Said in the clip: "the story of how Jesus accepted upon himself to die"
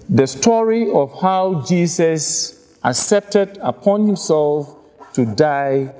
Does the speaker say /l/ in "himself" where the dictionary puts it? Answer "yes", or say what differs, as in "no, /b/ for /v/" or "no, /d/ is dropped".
yes